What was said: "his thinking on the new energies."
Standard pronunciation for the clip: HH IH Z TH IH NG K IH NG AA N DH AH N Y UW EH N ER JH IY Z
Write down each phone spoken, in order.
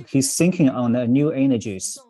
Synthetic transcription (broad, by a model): HH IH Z S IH NG K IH NG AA N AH N Y UW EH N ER JH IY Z